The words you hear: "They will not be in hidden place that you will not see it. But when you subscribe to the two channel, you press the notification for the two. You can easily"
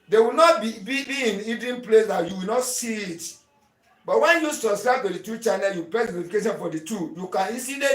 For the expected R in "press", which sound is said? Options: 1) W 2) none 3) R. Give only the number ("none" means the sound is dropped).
2